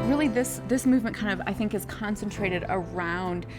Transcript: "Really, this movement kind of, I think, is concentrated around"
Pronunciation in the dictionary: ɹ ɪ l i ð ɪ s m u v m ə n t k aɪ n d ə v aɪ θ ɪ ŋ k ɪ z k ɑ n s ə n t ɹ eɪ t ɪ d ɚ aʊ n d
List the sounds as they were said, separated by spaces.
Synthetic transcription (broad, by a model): ɹ ɪ l i ð ɪ s m u v m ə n k aɪ n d ə v aɪ θ ɪ ŋ k ɪ z k ɑ n s ə n t ɹ eɪ t ɪ d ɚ aʊ n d